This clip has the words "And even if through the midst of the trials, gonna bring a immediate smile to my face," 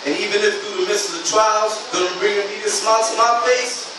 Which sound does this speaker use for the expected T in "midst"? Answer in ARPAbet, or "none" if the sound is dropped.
none